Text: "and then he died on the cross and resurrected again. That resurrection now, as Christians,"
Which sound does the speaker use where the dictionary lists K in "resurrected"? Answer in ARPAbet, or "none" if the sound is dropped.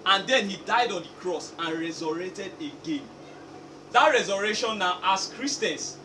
none